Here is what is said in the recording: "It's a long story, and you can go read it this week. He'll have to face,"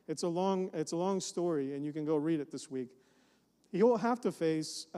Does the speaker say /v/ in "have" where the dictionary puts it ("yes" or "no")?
no